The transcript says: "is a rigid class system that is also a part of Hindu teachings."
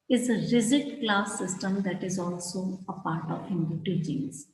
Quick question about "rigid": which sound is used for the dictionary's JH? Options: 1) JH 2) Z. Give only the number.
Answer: 2